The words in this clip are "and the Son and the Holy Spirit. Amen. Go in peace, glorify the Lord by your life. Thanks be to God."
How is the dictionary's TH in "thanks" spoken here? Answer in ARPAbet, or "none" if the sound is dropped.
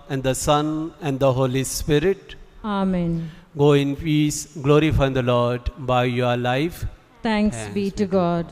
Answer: T